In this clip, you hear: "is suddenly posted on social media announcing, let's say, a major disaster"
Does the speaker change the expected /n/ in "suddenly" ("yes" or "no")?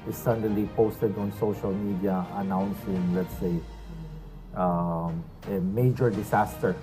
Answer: yes